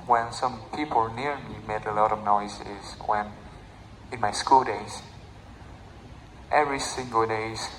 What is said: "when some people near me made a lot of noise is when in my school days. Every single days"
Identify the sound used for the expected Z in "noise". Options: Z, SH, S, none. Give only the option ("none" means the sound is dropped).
S